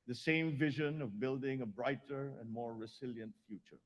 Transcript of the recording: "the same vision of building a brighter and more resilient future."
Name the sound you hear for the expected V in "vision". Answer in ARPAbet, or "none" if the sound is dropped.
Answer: V